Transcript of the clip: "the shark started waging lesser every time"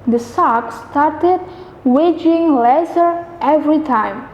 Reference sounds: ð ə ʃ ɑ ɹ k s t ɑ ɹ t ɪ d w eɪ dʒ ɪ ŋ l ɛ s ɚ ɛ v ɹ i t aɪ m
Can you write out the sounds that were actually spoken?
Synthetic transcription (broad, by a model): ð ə s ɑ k s t ɑ ɹ t ɪ d w eɪ dʒ ɪ ŋ l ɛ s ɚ ɛ v ɹ i t aɪ m